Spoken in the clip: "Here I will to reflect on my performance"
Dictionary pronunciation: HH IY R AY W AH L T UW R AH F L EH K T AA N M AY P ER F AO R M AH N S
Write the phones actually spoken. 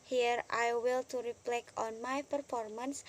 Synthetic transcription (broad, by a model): HH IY R AY W AH L T UW R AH P L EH K AA N M AY P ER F AO R M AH N S